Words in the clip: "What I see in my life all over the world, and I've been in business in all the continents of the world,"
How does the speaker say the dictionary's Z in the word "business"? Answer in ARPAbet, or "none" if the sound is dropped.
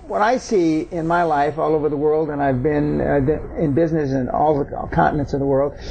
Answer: Z